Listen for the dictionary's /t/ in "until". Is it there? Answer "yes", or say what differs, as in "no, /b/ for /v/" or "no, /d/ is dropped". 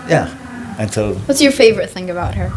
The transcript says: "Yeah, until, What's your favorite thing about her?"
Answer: no, /s/ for /t/